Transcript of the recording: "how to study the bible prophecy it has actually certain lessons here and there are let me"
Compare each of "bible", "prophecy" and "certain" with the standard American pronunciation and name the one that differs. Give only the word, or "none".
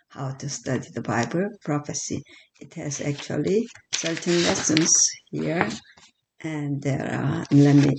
none